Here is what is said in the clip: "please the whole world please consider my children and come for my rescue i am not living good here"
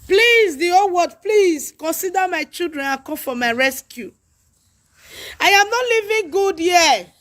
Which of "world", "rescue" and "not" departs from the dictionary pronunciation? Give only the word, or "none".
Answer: world